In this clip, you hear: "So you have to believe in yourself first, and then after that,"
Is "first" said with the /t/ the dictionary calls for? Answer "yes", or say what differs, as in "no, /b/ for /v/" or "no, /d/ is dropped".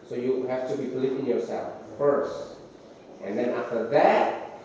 yes